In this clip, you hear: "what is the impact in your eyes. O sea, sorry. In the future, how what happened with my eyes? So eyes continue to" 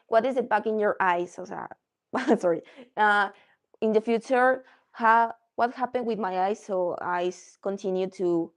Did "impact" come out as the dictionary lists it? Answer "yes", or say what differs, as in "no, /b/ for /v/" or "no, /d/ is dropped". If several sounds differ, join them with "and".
no, /t/ is dropped